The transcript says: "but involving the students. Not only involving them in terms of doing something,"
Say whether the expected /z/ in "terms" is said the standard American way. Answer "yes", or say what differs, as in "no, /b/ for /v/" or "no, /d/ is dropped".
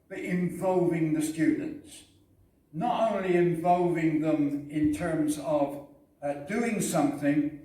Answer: yes